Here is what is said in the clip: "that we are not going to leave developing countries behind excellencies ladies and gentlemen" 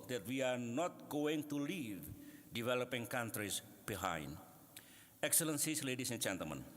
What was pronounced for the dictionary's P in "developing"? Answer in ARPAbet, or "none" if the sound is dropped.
P